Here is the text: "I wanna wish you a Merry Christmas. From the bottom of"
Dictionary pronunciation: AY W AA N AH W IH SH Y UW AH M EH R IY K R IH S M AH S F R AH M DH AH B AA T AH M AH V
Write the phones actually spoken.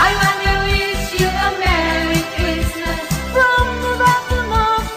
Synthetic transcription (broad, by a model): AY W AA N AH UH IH S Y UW AH M EH R IY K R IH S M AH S F R AH M DH AH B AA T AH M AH